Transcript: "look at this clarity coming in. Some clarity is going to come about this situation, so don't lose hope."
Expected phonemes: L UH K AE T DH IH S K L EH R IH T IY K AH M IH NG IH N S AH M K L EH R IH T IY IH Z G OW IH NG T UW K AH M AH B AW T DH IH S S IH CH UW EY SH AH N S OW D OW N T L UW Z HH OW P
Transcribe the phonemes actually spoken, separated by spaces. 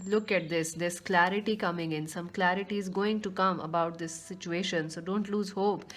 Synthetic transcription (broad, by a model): L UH K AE T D IH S K L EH R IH T IY K AH M IH NG IH N S AH M K L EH R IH T IY IH Z G OW IH NG T UW K AH M AH B AW T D IH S S IH CH UW EY SH AH N S OW D OW N T L UW Z HH OW P